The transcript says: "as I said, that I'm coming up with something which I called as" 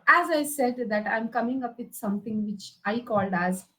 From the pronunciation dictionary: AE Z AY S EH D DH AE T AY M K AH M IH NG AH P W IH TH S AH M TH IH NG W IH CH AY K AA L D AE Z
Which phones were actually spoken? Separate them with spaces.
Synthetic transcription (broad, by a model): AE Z AY S EH D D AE T AY M K AH M IH NG AH P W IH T S AH M T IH NG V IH CH AY K AA L D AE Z